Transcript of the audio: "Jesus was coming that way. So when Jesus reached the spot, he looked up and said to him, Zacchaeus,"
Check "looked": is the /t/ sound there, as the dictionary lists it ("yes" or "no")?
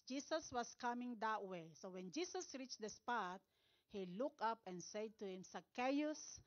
no